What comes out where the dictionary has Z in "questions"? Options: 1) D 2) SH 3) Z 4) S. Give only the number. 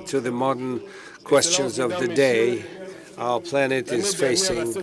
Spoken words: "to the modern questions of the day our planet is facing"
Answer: 3